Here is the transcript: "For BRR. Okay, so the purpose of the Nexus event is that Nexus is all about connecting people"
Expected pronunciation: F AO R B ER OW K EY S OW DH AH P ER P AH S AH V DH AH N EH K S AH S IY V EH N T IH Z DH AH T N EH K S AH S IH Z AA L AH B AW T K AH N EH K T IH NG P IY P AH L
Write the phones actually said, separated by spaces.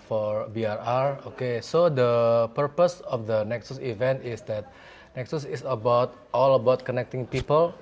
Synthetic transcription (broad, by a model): F AO R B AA OW K EY S OW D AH P ER P AH S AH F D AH N EH K S AH S IY V EH N T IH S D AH T N EH K S AH S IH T AA L AH B AW T K AH N EH K T IH NG P IY P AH L